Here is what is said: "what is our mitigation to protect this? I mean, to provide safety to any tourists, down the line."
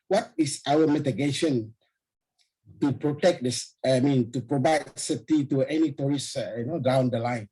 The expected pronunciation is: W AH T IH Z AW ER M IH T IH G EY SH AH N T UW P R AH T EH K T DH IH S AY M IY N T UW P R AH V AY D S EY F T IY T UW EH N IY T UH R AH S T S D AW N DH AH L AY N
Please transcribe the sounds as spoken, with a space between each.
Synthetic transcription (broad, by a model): W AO T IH S AW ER M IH T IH G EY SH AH N T UW P R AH T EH K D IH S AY M IY N T UW P R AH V AY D S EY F T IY T UW EH N IY T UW R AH S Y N D AW N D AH L AY N